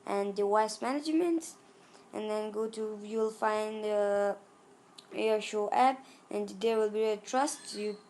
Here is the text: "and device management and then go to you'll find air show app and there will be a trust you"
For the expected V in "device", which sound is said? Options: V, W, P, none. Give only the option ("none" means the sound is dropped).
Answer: W